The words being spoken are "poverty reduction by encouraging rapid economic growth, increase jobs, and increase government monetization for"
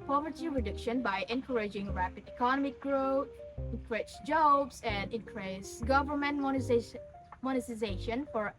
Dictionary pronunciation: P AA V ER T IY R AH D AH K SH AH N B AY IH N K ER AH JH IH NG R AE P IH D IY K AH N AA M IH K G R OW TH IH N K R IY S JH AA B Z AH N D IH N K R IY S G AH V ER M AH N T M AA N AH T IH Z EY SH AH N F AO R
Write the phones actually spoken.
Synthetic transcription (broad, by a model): P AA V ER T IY R AH D AH K SH AH N B AY IH N K ER AH JH IH NG R AE P IH D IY K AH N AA M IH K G R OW T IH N K R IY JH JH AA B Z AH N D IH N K R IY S G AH V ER M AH N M M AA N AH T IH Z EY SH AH N F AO R